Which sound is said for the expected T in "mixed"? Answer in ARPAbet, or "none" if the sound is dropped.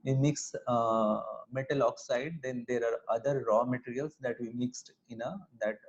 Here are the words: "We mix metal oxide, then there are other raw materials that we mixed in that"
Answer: T